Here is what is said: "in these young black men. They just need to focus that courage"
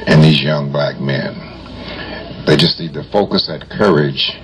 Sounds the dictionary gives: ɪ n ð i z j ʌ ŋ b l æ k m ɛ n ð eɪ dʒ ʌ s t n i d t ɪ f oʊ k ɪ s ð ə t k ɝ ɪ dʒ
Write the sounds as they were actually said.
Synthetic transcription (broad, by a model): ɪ n ð i z j ʌ ŋ b l æ k m ɛ n ð eɪ dʒ ʌ s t n i d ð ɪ f oʊ k ɪ s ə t k ɝ ɪ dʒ